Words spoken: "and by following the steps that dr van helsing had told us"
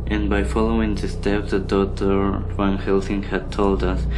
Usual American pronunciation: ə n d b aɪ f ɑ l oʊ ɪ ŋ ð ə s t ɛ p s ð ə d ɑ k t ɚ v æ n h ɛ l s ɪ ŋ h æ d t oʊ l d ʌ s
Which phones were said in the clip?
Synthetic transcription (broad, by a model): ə n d b aɪ f ɑ l oʊ ɪ ŋ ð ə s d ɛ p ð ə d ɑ t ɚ w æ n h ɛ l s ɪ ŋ h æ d t oʊ l d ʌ s